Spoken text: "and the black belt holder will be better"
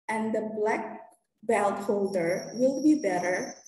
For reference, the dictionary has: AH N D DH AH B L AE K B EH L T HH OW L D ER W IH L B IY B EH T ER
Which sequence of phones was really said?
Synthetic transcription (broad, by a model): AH N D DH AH B L AE K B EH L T HH OW L D ER W IH L B IY B EH T ER